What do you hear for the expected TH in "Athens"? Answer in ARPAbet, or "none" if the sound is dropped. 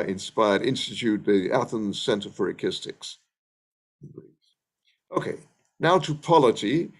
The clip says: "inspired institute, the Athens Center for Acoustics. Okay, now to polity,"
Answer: TH